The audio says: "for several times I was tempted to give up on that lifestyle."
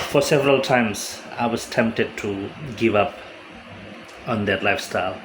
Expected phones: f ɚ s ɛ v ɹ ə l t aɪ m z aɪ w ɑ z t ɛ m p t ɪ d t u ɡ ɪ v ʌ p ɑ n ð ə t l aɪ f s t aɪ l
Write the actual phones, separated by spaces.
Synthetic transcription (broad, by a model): f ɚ s ɛ v ɹ ə l t aɪ m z aɪ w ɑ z t ɛ m p t ɪ d t u ɡ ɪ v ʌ p ɑ n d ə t l aɪ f s t aɪ l